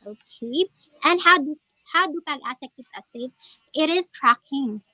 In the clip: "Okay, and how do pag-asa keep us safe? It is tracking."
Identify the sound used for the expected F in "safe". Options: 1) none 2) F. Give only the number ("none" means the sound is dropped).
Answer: 1